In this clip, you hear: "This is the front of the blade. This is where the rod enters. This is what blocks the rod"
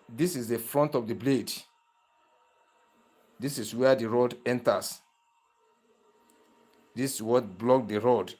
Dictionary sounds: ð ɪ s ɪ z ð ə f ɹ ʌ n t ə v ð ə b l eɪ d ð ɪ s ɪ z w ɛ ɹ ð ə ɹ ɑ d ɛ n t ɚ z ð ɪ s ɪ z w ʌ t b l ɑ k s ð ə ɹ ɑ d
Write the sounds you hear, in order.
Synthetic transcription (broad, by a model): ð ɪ s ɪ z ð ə f ɹ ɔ n t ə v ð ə b l eɪ d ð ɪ s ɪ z w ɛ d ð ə ɹ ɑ d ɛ n t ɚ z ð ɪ s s w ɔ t b l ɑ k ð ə ɹ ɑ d